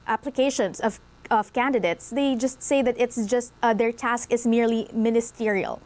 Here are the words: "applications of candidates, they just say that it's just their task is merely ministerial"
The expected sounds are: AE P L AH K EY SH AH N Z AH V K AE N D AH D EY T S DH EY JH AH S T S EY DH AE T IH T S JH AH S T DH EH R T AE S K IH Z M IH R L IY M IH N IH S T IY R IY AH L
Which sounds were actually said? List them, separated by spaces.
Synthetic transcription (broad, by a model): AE P L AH K EY SH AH N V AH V K AE N D AH D EY T S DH EY JH AH S T S EY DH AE T IH T S JH AH S T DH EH R T AE S K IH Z M IH R L IY M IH N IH S T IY R IY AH L